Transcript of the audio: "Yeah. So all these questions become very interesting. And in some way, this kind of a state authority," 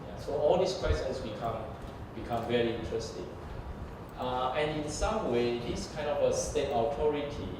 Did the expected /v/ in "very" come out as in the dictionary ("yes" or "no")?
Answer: yes